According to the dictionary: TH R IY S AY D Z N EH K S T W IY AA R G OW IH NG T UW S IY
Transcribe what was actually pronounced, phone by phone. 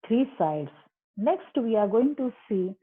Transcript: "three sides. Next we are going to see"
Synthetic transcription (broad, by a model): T R IY S AY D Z N EH K S T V IY AA R G OW IH NG T UW S IY